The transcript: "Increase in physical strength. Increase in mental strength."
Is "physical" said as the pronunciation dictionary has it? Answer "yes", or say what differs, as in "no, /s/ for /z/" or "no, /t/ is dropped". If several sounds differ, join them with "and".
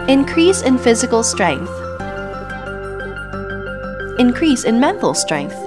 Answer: yes